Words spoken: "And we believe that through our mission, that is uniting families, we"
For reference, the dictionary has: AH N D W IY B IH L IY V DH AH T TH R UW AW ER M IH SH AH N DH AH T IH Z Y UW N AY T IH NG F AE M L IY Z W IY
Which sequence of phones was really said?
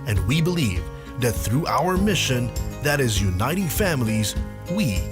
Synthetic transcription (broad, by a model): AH N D W IY B IH L IY V DH AH T TH R UW AW ER M IH SH AH N DH AH T IH Z Y UW N AY T IH NG F AE M L IY Z W IY